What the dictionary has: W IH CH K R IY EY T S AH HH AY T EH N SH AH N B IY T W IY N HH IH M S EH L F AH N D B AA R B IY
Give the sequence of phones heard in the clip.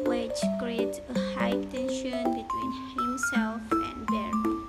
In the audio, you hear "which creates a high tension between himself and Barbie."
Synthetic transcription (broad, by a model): W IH CH K R IY EY T S AH HH AY T EH N SH AH N B IY T W IY N HH IH M S EH L F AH N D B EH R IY